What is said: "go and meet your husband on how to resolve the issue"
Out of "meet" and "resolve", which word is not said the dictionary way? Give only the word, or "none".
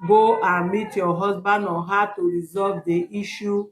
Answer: none